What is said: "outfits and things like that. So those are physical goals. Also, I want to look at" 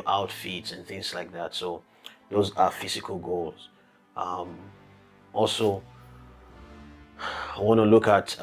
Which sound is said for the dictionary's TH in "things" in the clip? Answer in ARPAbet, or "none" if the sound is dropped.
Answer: TH